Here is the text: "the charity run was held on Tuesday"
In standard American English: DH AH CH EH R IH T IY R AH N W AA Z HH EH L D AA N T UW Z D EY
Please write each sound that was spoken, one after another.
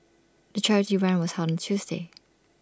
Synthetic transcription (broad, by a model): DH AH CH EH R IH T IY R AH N W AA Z HH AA D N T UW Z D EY